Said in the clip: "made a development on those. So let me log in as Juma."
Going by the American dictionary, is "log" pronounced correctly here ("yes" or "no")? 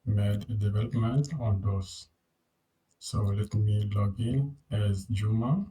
yes